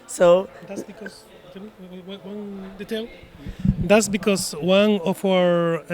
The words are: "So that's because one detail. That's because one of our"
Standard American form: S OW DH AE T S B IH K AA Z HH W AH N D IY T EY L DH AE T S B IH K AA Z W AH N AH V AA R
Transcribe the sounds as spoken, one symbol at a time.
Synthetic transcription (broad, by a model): S OW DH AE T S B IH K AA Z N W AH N D IY T EY L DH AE T S B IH K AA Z W AH N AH F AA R